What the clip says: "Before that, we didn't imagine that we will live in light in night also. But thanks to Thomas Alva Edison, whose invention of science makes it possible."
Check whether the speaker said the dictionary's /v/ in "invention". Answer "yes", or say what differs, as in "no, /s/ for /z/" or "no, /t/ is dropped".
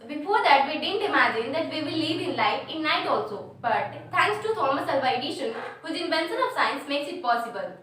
no, /b/ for /v/